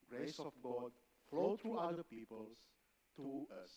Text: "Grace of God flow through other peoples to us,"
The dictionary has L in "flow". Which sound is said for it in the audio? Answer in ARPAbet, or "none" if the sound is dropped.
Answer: L